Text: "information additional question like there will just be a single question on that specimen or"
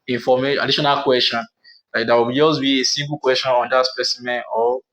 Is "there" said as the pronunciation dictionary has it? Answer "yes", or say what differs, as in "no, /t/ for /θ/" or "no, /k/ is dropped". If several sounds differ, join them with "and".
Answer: no, /w/ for /ɹ/